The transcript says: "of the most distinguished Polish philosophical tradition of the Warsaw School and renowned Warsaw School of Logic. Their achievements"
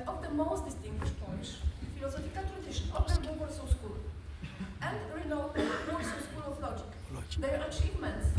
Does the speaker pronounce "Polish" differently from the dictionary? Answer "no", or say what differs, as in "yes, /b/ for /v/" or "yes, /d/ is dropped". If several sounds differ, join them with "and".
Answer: yes, /l/ is dropped